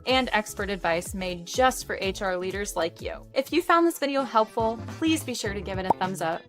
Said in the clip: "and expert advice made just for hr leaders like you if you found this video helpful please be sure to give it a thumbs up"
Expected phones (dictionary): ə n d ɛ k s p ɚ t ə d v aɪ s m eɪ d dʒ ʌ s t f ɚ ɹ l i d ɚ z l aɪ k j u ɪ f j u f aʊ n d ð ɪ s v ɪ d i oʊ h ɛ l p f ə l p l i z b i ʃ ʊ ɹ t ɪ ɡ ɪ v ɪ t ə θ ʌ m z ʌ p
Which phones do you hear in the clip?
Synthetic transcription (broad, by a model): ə n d ɛ k s p ɚ t ə d v aɪ s m eɪ d dʒ ʌ s t f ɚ ɹ l i d ɚ z l aɪ k j u ɪ f j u f aʊ n ð ɪ s v ɪ d i oʊ h ɛ l p f l p l i z b i ʃ ʊ ɹ t ɪ ɡ ɪ v ɪ t ə θ ʌ m z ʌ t